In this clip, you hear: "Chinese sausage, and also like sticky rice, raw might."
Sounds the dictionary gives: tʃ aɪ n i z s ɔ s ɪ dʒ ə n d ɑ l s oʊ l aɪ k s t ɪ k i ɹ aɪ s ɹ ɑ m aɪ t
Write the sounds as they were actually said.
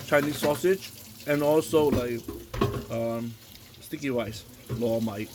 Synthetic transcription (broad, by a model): tʃ aɪ n i s ɔ s ɪ dʒ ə n ɑ l s oʊ l aɪ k s t ɪ k i w aɪ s l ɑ m aɪ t